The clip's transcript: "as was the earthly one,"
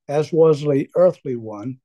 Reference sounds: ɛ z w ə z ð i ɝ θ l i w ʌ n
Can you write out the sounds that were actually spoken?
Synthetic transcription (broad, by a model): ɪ z w ə z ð i ɝ θ l i w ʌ n